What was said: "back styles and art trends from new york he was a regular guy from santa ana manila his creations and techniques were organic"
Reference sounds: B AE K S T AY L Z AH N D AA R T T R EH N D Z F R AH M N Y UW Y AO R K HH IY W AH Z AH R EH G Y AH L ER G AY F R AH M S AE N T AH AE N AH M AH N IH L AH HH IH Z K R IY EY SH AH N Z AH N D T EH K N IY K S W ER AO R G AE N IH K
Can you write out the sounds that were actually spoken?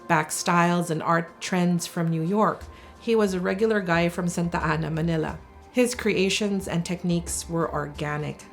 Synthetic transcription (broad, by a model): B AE K S T AY L Z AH N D AA R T T R EH N D Z F R AH M N Y UW Y AO R K HH IY W AH Z AH R EH G Y L ER G AY F R AH M S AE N T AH AE N AH M AH N IH L AH HH IH Z K R IY EY SH AH N Z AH N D T EH K N IY K S W ER AO R G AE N IH K